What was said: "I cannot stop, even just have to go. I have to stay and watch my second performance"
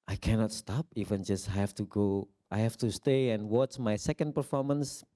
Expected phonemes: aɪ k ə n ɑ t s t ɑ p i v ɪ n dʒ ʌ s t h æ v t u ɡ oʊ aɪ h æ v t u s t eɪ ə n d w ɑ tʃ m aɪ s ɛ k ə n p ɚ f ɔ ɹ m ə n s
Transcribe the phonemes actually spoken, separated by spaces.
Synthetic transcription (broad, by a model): aɪ k ə n ɑ t s t ɑ p i v ɪ n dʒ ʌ s t h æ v t u ɡ oʊ aɪ h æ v t u s t eɪ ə n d w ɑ s m aɪ s ɛ k ə n p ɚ f ɔ ɹ m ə n s